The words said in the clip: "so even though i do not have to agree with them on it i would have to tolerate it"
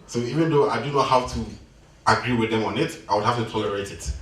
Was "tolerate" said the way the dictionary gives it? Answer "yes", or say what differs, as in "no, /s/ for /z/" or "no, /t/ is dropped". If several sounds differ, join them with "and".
no, /l/ is dropped